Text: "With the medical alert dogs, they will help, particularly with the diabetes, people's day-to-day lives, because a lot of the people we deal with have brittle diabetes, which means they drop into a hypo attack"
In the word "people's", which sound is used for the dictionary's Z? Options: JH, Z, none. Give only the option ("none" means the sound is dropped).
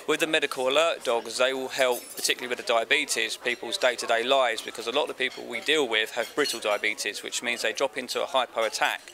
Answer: Z